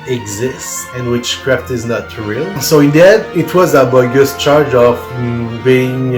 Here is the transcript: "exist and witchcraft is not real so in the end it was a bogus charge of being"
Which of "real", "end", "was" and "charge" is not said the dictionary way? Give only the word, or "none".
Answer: end